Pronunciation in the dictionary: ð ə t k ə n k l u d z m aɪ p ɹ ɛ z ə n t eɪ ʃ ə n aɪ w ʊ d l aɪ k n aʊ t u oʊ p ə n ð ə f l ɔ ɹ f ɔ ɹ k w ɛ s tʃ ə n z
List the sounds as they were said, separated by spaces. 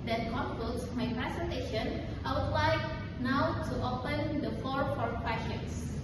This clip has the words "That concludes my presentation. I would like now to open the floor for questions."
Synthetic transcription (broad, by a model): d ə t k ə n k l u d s m aɪ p ɹ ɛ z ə n t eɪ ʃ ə n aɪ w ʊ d l aɪ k n aʊ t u oʊ p ə n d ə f ɔ ɹ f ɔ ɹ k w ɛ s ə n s